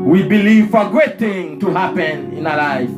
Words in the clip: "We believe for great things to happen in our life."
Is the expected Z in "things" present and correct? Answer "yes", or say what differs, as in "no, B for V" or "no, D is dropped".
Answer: no, Z is dropped